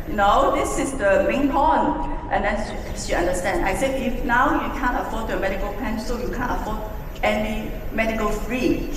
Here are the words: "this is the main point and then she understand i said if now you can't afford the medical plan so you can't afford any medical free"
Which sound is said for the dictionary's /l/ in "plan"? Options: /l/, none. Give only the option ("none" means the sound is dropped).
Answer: none